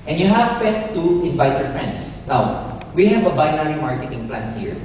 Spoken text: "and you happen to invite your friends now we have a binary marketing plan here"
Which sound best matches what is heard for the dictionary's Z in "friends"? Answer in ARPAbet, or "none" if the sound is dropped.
S